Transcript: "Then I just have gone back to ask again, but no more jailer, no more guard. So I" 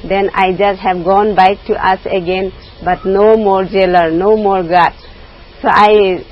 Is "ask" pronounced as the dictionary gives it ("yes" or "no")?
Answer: no